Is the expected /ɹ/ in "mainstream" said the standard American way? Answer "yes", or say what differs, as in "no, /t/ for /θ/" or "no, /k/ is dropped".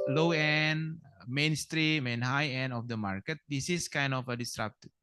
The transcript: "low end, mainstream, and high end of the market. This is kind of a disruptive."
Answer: yes